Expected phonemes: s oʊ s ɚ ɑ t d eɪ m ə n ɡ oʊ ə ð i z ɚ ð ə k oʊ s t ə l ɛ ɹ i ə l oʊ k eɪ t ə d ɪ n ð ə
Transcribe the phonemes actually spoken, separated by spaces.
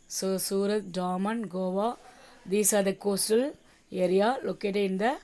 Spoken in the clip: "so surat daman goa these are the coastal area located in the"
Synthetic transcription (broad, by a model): s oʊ s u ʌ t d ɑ m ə n ɡ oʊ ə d i s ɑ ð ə k oʊ s t ə l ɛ ɹ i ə l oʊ k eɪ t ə ɪ n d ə